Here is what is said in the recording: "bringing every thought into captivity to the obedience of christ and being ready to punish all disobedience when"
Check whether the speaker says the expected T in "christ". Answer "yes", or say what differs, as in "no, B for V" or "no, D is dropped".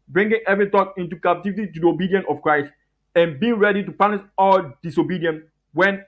yes